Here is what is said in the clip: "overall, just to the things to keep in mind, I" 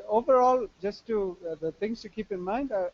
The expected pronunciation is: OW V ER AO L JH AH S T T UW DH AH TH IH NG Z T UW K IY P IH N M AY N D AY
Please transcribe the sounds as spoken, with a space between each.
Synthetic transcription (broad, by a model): OW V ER AO L JH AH S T T UW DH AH T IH NG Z T UW K IY P IH N M AY N D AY